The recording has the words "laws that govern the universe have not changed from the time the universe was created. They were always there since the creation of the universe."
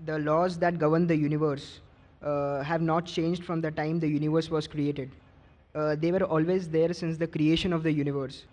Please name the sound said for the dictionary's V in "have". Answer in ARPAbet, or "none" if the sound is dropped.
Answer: V